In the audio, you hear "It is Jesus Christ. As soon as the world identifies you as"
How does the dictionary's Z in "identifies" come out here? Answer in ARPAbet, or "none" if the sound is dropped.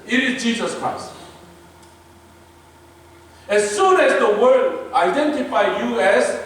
none